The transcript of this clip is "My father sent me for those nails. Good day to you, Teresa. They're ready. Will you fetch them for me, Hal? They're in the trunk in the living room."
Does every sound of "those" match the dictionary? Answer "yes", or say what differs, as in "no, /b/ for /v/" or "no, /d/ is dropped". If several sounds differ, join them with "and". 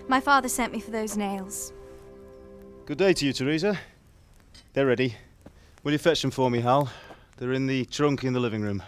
yes